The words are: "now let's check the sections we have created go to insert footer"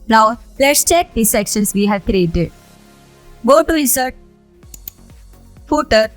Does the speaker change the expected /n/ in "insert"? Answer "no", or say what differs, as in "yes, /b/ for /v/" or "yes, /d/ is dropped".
yes, /n/ is dropped